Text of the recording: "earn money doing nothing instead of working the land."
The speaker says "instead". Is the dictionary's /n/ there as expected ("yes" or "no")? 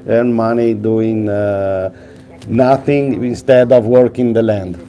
yes